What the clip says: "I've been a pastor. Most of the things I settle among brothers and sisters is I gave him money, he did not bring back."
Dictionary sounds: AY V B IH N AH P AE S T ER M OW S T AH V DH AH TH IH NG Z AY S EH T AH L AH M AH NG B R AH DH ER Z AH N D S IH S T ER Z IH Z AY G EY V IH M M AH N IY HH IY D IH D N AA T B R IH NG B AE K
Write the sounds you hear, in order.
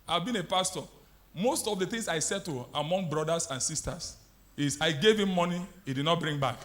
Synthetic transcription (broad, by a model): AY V B IH N AH P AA S T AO M OW S T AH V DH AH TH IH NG S AY S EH T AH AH M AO NG B R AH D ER S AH N S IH S T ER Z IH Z AY G EY V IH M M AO N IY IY D IH D N AA T B R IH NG B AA K